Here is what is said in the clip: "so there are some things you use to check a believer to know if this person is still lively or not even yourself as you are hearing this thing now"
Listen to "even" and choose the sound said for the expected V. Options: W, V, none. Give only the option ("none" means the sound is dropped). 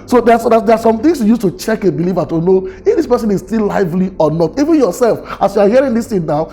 V